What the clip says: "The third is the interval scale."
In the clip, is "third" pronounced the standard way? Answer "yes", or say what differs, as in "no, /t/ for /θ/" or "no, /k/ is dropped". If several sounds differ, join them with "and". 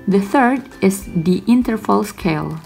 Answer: yes